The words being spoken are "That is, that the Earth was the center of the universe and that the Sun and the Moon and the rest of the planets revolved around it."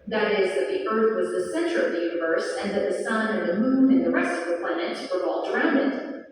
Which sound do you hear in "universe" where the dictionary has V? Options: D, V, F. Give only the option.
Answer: V